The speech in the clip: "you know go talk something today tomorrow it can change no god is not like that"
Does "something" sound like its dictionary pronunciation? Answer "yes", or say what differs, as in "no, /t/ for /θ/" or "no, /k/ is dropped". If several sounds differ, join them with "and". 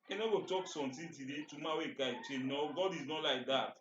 no, /t/ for /θ/